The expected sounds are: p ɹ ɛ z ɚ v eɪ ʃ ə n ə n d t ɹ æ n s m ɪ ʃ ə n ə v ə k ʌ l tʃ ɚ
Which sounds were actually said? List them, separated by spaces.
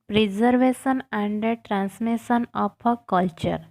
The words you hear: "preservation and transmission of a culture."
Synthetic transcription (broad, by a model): p ɹ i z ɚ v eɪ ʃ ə n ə n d t ɹ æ n s m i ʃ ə n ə p ə k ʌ l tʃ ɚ